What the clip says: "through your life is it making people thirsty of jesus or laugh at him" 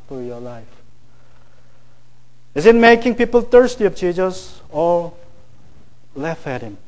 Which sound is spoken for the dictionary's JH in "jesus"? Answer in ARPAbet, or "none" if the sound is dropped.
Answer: CH